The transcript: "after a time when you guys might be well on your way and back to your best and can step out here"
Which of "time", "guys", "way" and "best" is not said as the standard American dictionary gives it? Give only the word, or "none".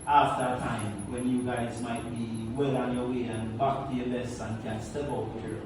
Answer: best